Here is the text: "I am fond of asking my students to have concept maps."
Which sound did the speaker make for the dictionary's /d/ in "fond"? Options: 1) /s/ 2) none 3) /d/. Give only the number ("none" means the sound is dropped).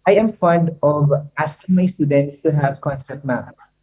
3